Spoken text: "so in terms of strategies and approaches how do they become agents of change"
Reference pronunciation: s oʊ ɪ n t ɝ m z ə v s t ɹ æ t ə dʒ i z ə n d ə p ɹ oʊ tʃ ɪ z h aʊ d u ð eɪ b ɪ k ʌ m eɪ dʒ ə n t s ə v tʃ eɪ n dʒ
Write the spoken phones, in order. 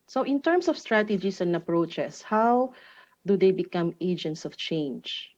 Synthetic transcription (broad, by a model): s oʊ ɪ n t ɝ m s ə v s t ɹ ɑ t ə dʒ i s ə n d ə p ɹ oʊ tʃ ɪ s h aʊ d u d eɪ b ɪ k ʌ m eɪ dʒ ə n t s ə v tʃ eɪ n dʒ